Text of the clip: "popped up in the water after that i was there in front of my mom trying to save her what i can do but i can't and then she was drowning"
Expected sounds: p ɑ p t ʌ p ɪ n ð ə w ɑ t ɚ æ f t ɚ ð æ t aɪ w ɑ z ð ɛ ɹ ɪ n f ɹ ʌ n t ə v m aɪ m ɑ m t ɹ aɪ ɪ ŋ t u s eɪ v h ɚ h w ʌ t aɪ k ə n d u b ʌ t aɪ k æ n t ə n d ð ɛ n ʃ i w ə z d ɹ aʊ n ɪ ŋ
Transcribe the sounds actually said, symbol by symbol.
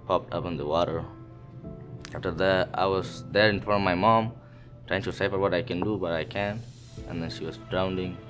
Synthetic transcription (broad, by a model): p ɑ p t ʌ p ɪ n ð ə w ɑ t ɚ æ f t ɚ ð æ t aɪ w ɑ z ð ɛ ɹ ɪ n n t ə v m aɪ m ɑ m t ɹ aɪ ɪ ŋ t u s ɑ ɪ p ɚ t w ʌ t aɪ k ə n d u b ʌ t aɪ k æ n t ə n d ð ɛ n ʃ i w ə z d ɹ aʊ n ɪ ŋ